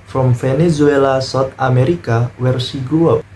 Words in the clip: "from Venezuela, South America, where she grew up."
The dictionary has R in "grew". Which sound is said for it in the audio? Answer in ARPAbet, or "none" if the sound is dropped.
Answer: none